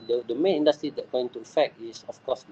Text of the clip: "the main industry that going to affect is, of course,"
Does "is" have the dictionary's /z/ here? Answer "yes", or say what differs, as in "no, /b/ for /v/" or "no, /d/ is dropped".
no, /s/ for /z/